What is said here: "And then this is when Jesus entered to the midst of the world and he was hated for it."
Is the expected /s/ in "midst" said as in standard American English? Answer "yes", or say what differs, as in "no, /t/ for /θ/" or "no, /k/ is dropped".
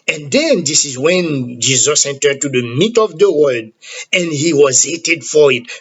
no, /s/ is dropped